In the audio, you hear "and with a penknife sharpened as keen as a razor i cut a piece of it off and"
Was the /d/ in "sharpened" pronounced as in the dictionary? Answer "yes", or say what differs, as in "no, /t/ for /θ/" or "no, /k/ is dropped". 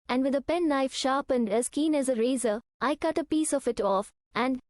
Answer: yes